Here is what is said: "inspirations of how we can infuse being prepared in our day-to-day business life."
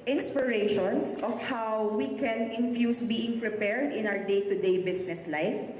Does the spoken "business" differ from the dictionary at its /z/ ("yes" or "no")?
yes